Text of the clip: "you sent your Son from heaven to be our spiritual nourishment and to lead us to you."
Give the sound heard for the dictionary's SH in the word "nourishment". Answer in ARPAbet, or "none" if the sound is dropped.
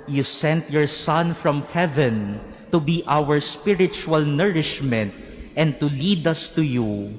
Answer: SH